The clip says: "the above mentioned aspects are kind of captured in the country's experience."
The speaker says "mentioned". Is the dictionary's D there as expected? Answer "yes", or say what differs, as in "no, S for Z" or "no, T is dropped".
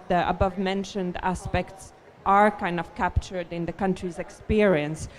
yes